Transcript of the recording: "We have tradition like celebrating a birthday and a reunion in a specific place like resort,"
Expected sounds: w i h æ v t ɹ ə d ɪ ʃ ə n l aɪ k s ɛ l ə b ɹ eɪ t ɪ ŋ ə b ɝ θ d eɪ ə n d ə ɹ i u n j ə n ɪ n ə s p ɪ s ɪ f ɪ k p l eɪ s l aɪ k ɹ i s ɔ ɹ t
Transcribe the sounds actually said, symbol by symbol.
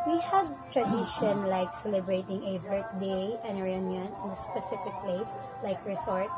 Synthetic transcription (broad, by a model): w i h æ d t ɹ ə d ɪ ʃ ə n l aɪ k s ɛ l ə b ɹ eɪ t ɪ ŋ ə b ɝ t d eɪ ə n ə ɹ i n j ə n ɪ n ə s p ɪ s ɪ f ɪ k p l eɪ s l aɪ k ɹ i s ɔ ɹ t